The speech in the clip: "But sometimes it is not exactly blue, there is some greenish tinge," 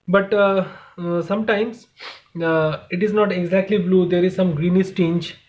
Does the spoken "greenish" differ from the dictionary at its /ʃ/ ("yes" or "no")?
yes